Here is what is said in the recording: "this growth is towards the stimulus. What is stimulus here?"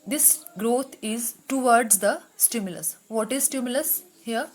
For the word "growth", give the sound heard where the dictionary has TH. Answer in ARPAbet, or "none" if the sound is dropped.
T